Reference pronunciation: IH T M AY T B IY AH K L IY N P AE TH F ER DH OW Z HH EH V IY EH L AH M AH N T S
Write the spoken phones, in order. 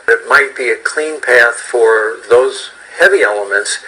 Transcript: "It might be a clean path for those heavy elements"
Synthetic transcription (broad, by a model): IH T M AY T B IY AH K L IY N P AE TH F ER DH OW Z HH EH V IY EH L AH M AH N T S